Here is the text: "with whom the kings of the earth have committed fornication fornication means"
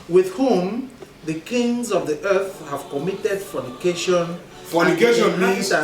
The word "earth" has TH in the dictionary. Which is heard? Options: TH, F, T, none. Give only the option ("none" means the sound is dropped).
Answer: TH